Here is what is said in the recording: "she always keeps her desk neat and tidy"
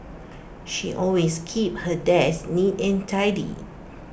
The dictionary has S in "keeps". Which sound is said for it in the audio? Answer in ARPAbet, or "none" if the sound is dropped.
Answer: none